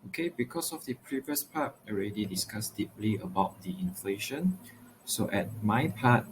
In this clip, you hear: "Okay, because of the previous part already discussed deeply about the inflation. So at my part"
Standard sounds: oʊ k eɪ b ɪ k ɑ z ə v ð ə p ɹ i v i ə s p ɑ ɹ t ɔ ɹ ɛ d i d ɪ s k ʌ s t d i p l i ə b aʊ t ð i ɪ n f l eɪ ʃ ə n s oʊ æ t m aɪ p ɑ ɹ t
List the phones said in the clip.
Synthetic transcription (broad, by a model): oʊ k eɪ b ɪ k ɑ s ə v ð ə p ɹ i v i ə s p ɑ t ɔ ɹ ɛ d i d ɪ s k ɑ s d i p l i ə b aʊ t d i ɪ n f l eɪ ʃ ə n s oʊ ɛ t m aɪ p ɑ t